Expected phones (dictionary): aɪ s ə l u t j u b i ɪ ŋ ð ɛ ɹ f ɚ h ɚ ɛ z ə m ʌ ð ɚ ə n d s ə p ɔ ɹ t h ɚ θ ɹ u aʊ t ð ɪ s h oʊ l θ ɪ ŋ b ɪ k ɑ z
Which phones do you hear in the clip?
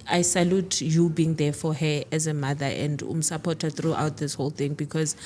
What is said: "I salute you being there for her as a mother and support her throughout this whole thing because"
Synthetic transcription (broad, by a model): aɪ s ə l u t j u b i ŋ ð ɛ f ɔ h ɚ ɛ z ə m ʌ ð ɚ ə n d s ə p ɔ t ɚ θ ɹ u aʊ t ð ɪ s h oʊ l θ ɪ ŋ b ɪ k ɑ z